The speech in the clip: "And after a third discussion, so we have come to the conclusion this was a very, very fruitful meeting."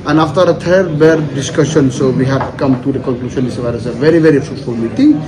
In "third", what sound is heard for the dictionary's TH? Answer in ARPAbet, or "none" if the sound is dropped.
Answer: T